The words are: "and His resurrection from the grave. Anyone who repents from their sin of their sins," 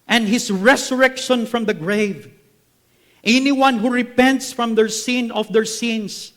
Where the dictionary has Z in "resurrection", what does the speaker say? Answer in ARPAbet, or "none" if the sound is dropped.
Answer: S